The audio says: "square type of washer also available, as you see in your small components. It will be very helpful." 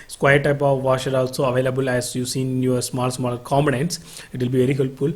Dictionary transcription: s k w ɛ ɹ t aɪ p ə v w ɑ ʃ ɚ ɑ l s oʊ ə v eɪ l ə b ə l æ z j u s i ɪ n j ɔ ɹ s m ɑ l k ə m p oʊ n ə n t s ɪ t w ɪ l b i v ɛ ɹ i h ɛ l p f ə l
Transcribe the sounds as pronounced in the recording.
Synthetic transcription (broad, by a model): s k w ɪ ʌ t aɪ p ə v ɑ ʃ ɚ ɑ l s oʊ ə v eɪ l ə b ə l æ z j u s i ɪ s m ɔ l s m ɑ l k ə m b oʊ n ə n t s ɪ t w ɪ l b i v ɛ ɹ i h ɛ l p f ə l